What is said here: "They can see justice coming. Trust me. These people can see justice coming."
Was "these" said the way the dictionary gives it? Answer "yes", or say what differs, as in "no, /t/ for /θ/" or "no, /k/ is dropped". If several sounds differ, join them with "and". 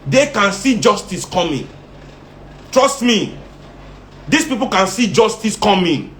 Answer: no, /s/ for /z/